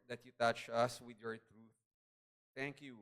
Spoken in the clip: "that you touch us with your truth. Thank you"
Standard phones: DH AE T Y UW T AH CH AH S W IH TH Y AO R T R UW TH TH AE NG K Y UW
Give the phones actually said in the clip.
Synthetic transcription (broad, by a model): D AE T Y UW T AH CH AH S W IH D Y AO R T R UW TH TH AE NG K Y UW